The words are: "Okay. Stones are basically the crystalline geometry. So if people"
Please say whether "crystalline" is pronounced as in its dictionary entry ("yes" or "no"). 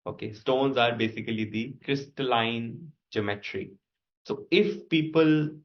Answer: yes